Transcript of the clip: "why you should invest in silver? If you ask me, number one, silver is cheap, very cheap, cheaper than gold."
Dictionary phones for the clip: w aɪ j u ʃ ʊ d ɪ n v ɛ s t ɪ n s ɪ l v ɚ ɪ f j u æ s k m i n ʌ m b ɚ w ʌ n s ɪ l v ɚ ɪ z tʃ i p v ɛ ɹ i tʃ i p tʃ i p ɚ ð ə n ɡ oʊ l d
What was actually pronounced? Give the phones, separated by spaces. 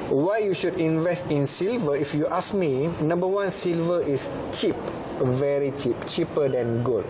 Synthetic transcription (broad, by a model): w aɪ j u ʃ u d ɪ n v ɛ s t ɪ n s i l v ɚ ɪ f j u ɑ s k m i n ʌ m b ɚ w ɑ n s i l v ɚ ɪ s tʃ i p v ɛ ɹ i tʃ i p tʃ i p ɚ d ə n ɡ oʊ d